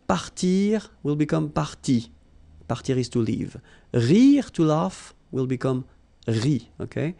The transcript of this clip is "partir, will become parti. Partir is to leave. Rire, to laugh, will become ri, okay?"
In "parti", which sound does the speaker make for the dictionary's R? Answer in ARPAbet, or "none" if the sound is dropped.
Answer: R